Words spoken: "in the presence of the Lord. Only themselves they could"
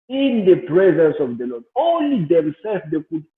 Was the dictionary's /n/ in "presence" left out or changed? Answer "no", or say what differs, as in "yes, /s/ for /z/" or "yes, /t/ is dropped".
no